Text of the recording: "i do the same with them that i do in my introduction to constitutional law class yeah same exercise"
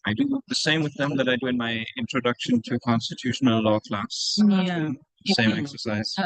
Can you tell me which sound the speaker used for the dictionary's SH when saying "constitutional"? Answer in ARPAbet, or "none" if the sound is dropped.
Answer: SH